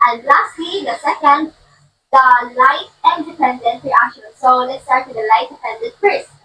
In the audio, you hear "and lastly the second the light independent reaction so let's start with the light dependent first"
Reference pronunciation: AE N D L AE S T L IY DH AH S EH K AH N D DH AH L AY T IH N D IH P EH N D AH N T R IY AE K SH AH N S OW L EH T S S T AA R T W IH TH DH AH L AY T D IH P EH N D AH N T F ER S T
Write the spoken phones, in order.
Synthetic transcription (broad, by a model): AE N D L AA S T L IY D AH S EH K AH N D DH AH L AY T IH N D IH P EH N D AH N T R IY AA SH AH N S OW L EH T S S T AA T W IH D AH L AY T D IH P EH N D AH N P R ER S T